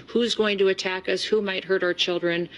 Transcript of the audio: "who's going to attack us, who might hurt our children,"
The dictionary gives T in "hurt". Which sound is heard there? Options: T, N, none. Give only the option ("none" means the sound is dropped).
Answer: T